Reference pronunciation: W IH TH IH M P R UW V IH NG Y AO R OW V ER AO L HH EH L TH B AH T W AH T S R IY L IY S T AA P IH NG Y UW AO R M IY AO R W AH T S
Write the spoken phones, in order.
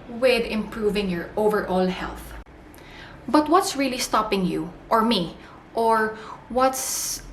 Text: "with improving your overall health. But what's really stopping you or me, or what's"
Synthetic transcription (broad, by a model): W IH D IH M P R UW V IH NG Y AO R OW V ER AO L HH EH L TH B AH T W AH T S R IY L IY S T AA P IH NG Y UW AO R M IY AO R W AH T S